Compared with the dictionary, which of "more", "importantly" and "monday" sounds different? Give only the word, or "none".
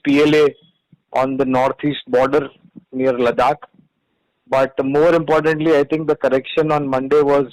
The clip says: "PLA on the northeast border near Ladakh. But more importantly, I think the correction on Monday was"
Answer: none